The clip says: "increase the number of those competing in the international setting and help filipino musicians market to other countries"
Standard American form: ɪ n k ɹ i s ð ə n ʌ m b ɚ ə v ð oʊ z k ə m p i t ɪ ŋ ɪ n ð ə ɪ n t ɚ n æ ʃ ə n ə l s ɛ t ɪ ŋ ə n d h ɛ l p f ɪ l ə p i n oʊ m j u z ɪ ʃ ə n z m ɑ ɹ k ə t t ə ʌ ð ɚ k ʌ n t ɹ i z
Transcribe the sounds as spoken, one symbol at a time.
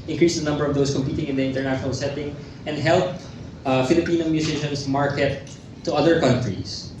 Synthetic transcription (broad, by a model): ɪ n k ɹ i s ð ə n ʌ m b ɚ ə v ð oʊ s k ə m p i t ɪ ŋ ɪ n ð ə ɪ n t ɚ n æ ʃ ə n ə l s ɛ t ɪ ŋ ə n d h ɛ l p f ɪ l ə p i n oʊ m j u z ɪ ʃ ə n s m ɑ ɹ k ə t t ə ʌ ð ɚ k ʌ n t ɹ i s